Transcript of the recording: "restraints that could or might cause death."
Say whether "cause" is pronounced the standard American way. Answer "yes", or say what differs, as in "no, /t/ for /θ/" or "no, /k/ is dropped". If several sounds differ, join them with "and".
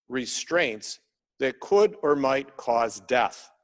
yes